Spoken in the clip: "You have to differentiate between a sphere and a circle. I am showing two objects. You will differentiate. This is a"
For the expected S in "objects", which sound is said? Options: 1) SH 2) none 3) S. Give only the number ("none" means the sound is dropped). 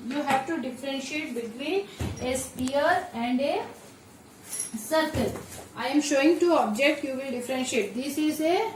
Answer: 2